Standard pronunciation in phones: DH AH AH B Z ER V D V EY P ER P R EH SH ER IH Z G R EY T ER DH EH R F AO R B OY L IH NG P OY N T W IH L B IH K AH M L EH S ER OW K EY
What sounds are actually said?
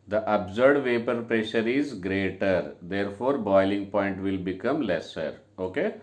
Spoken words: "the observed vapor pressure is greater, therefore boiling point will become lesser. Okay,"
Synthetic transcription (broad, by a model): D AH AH B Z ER D V EY P ER P R EH SH ER IH Z G R EY T ER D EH R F AO R B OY L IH NG P OY N T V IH L B IH K AH M L EH S ER OW K EY